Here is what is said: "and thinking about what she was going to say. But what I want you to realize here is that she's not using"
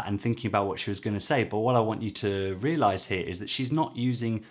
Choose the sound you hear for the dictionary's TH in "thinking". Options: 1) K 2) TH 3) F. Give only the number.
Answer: 2